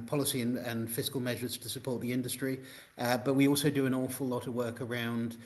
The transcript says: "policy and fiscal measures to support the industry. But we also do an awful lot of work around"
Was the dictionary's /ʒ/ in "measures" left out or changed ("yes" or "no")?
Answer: no